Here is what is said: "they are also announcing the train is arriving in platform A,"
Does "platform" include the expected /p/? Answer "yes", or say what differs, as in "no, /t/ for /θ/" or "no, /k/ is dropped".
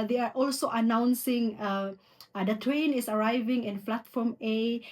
no, /f/ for /p/